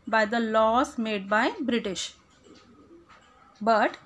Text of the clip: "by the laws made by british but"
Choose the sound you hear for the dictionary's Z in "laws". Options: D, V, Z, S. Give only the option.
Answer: S